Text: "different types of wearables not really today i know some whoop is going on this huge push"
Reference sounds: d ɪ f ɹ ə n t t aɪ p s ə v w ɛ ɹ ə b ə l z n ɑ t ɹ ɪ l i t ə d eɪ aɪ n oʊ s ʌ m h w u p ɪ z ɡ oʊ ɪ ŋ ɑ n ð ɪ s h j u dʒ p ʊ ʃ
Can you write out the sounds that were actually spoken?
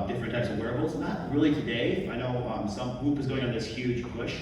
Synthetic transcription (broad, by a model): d ɪ f ɹ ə n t t aɪ p s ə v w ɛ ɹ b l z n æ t ɹ ɪ l i t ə d eɪ aɪ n oʊ s ʌ m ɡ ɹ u p ɪ z ɡ oʊ ɪ ŋ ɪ n ð ɪ s h j u dʒ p ʊ ʃ